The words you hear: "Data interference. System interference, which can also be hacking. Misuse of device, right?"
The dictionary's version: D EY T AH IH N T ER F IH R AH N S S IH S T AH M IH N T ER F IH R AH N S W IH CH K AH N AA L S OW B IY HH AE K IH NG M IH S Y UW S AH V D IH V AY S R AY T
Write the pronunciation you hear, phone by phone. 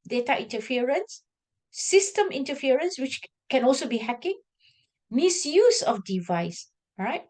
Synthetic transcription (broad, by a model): D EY T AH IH N T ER F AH R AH N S S IH S T AH M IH N T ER F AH R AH N S W IH CH K AH N AA L S OW B IY HH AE K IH NG M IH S Y UW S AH F D IH V AY S R AY T